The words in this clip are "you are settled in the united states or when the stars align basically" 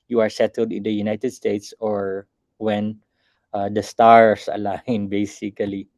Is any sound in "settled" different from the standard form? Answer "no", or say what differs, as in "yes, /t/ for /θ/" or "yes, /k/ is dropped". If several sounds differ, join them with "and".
no